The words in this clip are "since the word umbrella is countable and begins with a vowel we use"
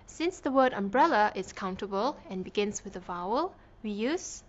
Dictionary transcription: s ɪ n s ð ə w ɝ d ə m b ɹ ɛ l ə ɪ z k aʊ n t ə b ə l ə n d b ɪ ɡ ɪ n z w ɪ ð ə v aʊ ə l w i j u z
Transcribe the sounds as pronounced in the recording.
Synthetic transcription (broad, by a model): s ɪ n s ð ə w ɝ d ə m b ɹ ɛ l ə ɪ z k aʊ n t ə b ə l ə n b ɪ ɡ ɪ n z w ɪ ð ə v aʊ ə l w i j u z